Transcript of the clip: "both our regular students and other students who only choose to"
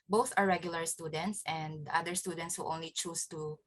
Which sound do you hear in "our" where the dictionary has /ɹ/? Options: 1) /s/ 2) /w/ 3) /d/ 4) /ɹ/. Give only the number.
4